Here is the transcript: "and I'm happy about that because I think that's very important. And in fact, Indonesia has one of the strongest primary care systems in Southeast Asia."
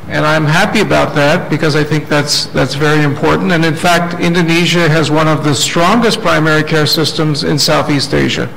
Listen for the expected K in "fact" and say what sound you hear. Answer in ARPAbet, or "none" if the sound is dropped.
K